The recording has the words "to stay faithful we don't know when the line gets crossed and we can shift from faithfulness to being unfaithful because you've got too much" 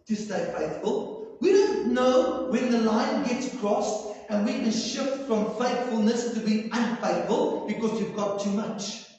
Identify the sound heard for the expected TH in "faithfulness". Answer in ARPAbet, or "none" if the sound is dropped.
TH